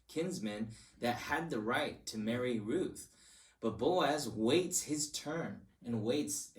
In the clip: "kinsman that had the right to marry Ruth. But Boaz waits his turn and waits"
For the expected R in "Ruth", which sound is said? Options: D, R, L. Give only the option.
R